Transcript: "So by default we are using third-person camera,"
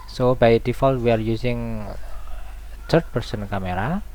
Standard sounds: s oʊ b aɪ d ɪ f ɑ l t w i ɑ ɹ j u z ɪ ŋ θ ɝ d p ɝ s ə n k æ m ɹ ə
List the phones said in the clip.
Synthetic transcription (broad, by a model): s oʊ b aɪ d ɪ f ɑ l t w i ɑ ɹ j u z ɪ ŋ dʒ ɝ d p ɝ s ə n k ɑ m ɹ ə